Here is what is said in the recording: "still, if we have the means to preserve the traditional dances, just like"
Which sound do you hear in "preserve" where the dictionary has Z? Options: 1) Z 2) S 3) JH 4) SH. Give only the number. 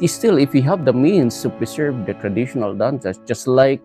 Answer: 2